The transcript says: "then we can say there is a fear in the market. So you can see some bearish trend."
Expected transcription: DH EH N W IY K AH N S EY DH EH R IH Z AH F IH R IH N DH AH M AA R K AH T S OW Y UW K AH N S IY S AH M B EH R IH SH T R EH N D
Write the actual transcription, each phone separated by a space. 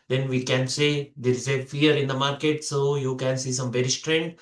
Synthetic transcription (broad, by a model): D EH N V IY K AH N S EY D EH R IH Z AH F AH R IH N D AH M AA R K AH T S OW Y UW K AH N S IY S AH M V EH R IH S T R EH N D